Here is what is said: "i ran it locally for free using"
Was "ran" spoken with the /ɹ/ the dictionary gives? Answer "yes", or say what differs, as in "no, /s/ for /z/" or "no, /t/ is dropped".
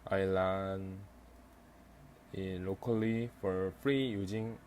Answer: no, /l/ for /ɹ/